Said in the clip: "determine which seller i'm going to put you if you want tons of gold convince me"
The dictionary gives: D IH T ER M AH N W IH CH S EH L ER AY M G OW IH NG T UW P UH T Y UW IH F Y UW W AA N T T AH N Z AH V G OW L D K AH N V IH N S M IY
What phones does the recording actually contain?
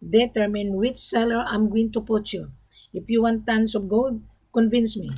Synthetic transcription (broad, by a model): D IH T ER M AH N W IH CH S EH L ER AY M G OW IH NG T UW P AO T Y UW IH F Y UW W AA N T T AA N S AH P G OW L D K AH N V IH N S M IY